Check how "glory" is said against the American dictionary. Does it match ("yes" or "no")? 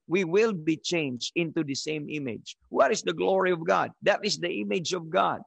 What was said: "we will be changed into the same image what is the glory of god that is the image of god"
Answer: yes